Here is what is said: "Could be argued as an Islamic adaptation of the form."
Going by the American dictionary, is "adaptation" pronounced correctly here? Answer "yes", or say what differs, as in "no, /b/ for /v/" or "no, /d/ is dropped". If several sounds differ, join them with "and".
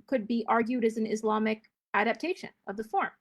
yes